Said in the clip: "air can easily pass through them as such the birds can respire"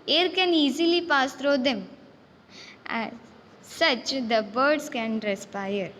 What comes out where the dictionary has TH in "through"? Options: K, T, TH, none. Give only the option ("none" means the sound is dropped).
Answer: T